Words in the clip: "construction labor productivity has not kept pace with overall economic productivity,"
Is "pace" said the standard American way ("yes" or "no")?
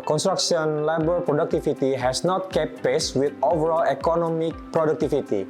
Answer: yes